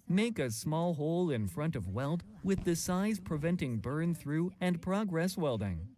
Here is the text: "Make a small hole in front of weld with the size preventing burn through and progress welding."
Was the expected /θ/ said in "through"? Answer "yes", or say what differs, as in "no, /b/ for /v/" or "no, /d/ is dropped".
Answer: yes